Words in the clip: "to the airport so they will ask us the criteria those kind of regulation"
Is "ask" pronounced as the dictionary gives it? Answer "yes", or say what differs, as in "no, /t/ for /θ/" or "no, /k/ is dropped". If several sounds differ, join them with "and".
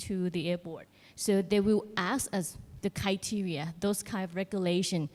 no, /k/ is dropped